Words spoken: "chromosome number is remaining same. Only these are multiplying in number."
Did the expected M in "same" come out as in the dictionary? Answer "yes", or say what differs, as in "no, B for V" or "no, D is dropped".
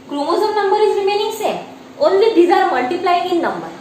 no, M is dropped